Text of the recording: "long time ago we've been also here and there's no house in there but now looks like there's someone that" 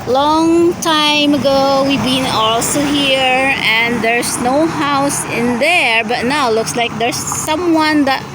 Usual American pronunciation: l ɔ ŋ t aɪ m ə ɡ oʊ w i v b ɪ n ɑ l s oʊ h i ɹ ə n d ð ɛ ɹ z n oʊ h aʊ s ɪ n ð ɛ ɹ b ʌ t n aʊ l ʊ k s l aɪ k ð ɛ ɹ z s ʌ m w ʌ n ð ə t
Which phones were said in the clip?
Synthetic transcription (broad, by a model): l ɔ ŋ t aɪ m ə ɡ oʊ w i v b ɪ n ɑ l s oʊ h i ɹ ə n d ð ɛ ɹ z n oʊ h aʊ s ɪ n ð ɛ ɹ b ʌ t n aʊ l ʊ k s l aɪ k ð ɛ ɹ s ʌ m w ʌ n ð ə t